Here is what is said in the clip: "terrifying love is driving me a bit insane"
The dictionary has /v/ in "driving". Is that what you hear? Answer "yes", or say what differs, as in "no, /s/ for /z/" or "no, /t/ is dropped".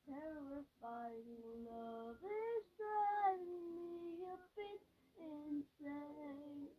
no, /v/ is dropped